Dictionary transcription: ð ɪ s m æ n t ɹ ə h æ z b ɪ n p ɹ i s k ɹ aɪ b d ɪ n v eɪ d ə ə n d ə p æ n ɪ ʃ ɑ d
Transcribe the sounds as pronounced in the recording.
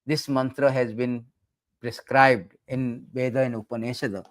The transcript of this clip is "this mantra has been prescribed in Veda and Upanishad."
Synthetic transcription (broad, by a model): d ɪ s m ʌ n t ɹ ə h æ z b ɪ n p ɹ i s k ɹ aɪ b d ɪ n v eɪ d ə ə n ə p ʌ n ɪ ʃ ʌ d